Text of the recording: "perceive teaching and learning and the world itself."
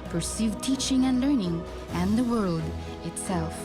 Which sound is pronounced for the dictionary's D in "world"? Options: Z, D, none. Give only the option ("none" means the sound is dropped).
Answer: D